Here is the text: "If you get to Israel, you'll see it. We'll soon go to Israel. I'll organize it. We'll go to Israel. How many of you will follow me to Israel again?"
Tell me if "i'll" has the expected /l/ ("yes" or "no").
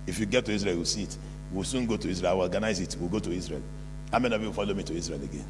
no